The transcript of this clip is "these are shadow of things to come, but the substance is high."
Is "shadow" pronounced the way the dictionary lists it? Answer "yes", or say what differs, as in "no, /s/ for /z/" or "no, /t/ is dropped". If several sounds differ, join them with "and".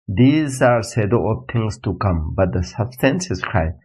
no, /s/ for /ʃ/